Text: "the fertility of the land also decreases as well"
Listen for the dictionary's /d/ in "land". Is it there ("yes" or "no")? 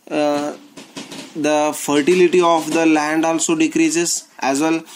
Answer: yes